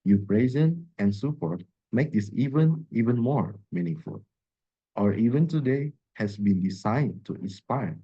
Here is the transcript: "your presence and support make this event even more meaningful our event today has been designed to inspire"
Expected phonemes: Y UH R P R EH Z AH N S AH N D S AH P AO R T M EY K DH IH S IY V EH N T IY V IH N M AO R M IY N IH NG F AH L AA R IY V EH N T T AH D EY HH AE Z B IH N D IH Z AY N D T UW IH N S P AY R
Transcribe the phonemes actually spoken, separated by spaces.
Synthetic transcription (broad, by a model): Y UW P R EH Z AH N AH N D S AH P AO R T M EY K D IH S IY V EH N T IY V IH N M AO R M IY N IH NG F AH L AA R IY V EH N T T AH D EY HH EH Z B IH N D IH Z AY N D T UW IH N S P AY R